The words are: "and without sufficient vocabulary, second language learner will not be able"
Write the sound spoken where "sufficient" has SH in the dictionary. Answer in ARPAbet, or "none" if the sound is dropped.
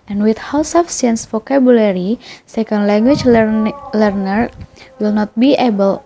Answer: none